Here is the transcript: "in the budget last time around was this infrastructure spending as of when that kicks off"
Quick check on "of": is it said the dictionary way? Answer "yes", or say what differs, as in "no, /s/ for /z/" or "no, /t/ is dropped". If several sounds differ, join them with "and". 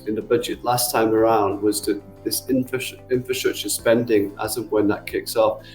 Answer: yes